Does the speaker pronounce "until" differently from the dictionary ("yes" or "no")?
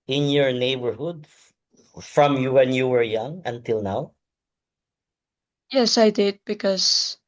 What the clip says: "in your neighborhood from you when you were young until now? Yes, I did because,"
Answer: no